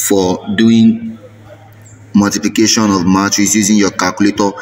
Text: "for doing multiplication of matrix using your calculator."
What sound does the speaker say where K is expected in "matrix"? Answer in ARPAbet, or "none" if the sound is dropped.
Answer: none